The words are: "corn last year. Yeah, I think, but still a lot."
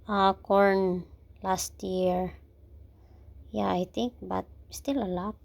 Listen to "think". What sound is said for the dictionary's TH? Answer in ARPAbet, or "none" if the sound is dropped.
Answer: T